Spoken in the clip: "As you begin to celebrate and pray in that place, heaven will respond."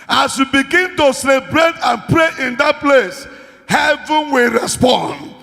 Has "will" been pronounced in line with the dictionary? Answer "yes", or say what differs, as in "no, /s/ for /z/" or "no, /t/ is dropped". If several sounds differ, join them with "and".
yes